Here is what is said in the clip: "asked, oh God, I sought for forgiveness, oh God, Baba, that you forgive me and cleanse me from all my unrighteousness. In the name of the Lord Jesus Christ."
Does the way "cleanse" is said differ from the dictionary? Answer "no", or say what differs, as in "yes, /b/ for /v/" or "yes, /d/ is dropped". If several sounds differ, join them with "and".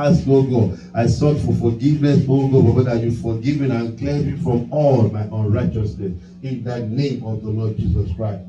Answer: yes, /n/ is dropped